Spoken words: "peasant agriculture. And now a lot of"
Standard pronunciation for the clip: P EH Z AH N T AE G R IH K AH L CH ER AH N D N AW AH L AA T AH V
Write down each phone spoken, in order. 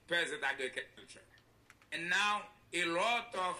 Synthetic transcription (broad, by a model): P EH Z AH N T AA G IH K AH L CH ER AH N N AW AH L AA T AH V